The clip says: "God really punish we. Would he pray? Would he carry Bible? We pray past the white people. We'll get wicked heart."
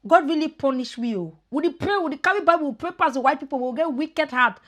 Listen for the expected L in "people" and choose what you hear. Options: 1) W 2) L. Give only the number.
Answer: 1